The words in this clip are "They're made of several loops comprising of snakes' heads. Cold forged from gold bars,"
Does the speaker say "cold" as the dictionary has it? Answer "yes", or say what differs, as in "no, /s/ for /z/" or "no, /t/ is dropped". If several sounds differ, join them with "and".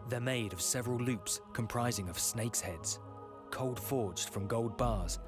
yes